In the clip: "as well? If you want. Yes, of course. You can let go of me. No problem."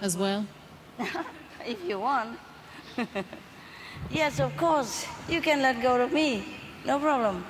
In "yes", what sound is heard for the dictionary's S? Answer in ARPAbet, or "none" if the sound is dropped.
S